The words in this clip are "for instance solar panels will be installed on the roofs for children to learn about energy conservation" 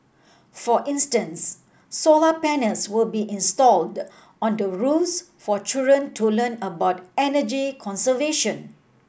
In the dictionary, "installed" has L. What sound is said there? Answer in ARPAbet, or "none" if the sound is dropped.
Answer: L